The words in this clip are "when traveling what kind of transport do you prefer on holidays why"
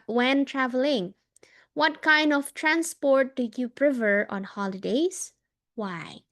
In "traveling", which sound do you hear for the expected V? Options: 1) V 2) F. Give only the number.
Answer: 1